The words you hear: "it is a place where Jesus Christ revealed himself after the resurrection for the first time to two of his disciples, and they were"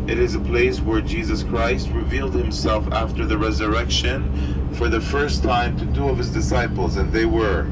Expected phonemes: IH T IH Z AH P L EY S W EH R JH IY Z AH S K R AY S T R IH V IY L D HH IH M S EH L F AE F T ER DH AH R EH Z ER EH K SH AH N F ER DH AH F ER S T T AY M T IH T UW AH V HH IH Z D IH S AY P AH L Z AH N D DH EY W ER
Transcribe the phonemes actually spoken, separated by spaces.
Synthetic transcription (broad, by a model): IH T IH Z AH P L EY S W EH R JH IY Z AH S K R AY S T R IH V IY L D HH IH M S EH L F AE F T ER DH AH R EH Z ER EH K SH AH N F ER DH AH F ER S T T AY M T IH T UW AH V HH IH Z D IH S AY P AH L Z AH N DH EY W ER